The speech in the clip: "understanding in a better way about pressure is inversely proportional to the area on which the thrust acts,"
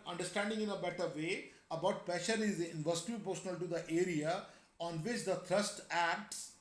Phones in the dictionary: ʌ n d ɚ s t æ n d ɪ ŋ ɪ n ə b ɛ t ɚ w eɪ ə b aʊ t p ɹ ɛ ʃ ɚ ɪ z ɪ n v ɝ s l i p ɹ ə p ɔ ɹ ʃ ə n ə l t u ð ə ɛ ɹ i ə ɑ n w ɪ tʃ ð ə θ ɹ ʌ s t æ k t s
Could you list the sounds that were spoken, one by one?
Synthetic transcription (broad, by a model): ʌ n d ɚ s t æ n d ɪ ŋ ɪ n ə b ɛ t ɚ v eɪ ə b aʊ t p ɹ ɛ ʃ ɚ ɪ z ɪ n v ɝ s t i p ə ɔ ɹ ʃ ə n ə l t u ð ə ɛ ɹ i ə ɑ n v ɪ tʃ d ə t ɹ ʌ s t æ k t s